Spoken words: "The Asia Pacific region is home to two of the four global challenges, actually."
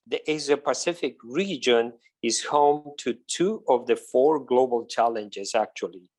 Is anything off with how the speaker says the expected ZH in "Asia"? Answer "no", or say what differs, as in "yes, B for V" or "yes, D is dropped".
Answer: yes, Z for ZH